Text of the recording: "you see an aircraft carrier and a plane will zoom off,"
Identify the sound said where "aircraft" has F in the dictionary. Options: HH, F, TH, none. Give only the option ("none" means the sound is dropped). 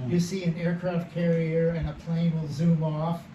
F